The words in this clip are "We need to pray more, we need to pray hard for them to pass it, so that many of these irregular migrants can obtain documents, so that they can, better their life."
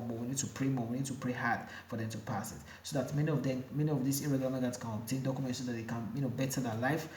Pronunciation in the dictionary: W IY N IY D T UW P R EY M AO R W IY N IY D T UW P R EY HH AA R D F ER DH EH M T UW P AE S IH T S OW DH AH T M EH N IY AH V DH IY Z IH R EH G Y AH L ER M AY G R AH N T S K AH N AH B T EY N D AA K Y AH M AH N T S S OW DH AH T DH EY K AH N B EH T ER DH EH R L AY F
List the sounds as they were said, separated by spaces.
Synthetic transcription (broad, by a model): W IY N IY D T UW P R EY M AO W IY N IY D T UW P R EY HH AA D F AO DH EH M T UW P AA S IH T S OW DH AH T M EH N IY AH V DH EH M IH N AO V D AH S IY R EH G L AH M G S K AH N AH T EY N D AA K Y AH M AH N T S S OW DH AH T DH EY K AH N B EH T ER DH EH L AY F